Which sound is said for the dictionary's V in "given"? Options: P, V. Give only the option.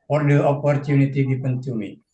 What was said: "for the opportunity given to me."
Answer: P